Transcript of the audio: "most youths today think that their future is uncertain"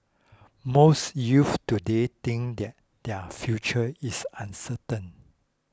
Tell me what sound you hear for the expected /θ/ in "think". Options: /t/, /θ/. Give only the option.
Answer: /t/